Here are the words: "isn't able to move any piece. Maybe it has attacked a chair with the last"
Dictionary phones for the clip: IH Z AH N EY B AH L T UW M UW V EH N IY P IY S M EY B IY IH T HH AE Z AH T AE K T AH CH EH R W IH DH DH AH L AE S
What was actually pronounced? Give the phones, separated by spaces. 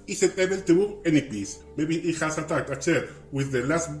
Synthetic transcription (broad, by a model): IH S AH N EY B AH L T UW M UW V EH N IY P IY S M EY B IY IH T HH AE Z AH T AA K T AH S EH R W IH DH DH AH L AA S